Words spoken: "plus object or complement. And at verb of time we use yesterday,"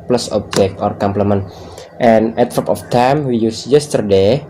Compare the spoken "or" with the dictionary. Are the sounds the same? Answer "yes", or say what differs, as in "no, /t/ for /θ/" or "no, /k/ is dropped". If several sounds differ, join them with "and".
yes